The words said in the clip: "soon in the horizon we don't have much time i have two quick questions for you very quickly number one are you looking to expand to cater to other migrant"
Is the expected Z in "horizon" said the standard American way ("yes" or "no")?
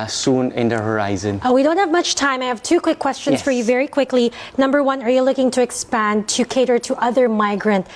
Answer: yes